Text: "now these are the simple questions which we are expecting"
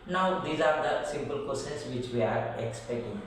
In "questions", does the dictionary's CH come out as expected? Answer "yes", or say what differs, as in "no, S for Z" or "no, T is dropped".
no, CH is dropped